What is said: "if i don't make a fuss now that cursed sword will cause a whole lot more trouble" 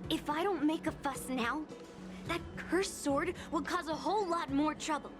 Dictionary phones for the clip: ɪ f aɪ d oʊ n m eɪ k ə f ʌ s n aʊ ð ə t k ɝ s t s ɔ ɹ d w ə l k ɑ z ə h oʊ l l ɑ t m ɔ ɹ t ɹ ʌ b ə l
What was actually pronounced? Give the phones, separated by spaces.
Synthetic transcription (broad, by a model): ɪ f aɪ d oʊ n m eɪ k ə f ʌ s n aʊ ð ə t k ɝ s s ɔ ɹ d w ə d k ɑ z ə h oʊ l l ɑ t m ɔ ɹ t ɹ ʌ b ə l